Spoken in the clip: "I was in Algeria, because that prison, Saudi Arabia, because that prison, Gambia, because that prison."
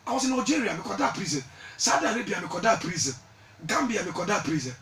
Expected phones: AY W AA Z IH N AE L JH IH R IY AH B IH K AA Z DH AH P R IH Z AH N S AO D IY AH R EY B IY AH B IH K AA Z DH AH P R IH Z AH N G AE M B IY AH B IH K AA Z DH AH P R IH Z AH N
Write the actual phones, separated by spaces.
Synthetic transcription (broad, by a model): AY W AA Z IH N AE JH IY R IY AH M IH K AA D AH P R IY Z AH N S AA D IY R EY B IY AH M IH K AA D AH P R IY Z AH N G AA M B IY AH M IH K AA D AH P R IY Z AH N